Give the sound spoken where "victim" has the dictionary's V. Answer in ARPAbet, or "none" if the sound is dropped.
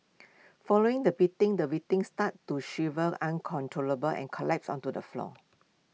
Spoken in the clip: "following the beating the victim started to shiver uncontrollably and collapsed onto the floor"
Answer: W